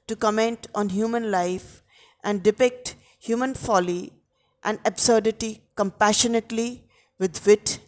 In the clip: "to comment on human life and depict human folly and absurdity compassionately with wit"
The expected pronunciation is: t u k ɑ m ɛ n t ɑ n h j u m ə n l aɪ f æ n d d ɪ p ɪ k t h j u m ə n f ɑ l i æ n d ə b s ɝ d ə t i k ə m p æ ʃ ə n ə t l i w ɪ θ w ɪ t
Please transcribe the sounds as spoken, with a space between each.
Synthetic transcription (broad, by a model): t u k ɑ m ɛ n t ɑ n h j u m ə n l aɪ f æ n d d ɪ p ɪ k t h j u m ə n f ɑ l i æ n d ə b s ɝ d ə t i k ə m p æ ʃ ə n ə t l i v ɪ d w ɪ t